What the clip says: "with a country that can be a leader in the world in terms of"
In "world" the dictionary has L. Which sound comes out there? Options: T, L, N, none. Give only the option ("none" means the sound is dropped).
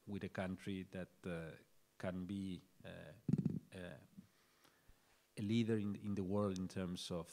L